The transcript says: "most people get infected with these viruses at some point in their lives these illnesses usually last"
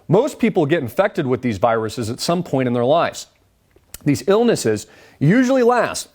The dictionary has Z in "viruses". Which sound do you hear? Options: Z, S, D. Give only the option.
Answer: Z